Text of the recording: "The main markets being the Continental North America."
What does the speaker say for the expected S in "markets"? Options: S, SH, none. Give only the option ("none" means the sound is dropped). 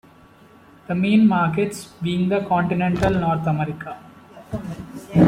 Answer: S